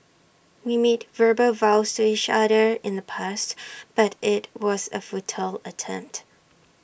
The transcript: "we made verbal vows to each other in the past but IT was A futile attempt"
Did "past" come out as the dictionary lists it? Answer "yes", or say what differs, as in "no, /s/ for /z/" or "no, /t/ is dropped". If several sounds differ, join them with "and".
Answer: yes